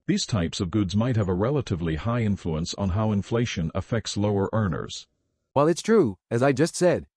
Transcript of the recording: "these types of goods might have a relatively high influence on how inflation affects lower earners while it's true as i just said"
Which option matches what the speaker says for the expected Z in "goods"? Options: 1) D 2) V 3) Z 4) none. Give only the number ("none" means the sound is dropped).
3